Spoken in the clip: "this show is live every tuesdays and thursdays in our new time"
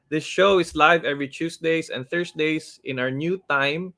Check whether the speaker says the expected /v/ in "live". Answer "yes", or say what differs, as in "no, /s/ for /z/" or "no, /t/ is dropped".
yes